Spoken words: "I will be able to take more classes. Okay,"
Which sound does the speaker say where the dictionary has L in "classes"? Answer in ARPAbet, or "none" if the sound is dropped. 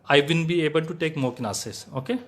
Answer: N